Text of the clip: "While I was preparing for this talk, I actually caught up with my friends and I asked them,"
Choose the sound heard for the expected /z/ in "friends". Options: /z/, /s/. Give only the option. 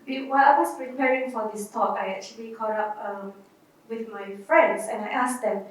/s/